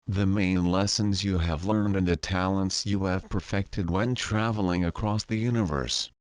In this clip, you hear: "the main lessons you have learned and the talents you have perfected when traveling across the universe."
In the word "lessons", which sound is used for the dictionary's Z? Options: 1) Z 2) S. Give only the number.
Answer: 1